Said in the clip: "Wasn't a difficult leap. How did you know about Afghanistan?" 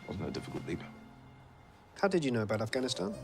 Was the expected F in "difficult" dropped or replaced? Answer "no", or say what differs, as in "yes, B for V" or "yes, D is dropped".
no